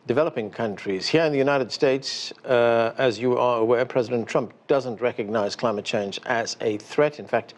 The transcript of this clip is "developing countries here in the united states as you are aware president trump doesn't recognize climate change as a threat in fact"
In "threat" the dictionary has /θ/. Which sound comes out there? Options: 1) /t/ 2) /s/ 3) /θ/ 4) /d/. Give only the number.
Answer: 3